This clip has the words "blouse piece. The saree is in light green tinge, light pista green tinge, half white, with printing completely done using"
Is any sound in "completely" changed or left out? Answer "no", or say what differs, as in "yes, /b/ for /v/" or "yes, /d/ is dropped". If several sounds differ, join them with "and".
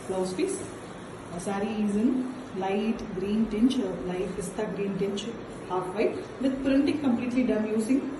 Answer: no